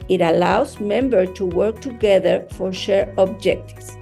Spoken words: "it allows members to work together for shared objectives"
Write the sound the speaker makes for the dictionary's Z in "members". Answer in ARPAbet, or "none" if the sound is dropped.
none